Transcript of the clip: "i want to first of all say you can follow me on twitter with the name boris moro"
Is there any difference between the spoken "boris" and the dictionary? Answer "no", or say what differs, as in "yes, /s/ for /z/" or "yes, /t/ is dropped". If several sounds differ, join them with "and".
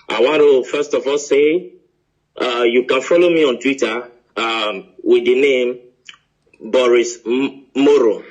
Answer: no